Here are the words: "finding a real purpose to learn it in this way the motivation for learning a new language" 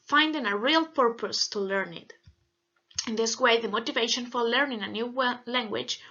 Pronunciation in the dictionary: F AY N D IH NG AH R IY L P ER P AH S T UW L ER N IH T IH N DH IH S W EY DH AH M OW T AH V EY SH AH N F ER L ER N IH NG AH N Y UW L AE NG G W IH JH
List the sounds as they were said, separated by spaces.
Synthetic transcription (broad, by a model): F AY N D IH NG AH R IY L P ER P AH S T UW L ER N IH T IH N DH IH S W EY DH AH M OW T AH V EY SH AH N F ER L ER N IH NG AH N Y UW L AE NG G W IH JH